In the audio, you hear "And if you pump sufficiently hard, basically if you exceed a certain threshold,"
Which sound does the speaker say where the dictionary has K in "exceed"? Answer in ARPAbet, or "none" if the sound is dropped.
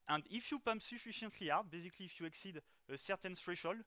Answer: K